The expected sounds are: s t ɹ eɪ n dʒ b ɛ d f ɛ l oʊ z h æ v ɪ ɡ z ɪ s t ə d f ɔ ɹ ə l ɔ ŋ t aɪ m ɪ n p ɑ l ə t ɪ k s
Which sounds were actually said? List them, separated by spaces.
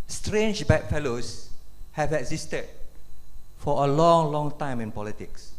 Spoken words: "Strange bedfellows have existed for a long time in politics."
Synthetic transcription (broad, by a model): s t ɹ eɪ n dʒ b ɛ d f ɛ l oʊ s h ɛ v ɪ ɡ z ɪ s t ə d f ɔ l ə l ɔ ŋ t aɪ m ɪ n p ɑ l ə t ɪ k s